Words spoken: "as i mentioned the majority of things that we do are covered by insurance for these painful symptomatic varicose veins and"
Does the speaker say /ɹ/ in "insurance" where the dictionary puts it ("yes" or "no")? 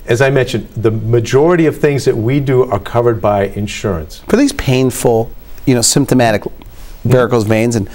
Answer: yes